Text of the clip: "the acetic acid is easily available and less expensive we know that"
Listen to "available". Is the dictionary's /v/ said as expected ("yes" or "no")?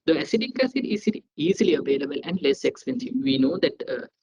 yes